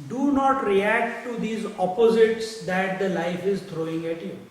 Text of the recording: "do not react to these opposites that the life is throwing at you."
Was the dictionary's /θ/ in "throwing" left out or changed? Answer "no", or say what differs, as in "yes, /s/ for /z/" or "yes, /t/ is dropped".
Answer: yes, /t/ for /θ/